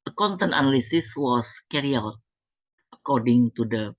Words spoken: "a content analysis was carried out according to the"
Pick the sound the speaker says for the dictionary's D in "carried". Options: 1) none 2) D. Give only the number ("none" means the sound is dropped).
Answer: 1